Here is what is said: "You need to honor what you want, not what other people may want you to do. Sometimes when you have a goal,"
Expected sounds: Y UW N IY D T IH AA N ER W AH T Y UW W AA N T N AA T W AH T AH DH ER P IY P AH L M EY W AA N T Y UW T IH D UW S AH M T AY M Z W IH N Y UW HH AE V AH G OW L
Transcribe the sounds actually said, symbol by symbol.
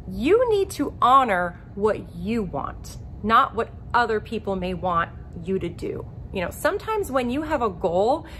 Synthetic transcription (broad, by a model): Y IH N IY D T IH AA N ER W AH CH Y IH W AA N T N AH T W AH T AH DH ER P IY P L M EY W AA N T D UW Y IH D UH S AH M T AY M Z W IH N Y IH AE V AH G OW L